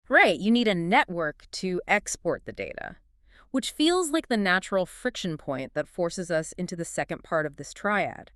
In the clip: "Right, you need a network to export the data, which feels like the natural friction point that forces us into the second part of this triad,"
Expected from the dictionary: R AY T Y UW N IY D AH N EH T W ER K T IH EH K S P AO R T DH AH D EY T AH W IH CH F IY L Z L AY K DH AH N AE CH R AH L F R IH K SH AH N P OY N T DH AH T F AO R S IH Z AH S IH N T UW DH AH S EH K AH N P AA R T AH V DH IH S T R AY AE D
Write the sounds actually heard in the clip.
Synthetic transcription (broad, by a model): R AY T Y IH N IY D AH N EH T W ER K T IH EH K S P AO R T DH AH D EY T AH W IH CH F IY L Z L AY K DH AH N AE CH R L F R IH K SH AH N P OY N DH AH T F AO R S IH Z AH S IH N T UW DH AH S EH K AH N P AA R T AH V DH IH S T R AY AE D